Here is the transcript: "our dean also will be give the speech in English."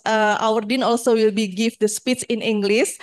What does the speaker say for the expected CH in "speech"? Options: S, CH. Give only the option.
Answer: S